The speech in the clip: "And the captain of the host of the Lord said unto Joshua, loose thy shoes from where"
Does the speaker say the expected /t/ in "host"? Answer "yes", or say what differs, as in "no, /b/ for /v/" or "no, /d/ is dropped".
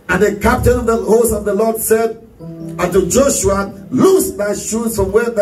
no, /t/ is dropped